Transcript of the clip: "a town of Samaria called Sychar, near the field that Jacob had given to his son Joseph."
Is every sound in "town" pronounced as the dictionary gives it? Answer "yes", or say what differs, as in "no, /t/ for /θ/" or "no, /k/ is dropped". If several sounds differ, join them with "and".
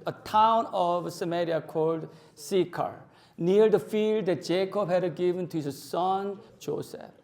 yes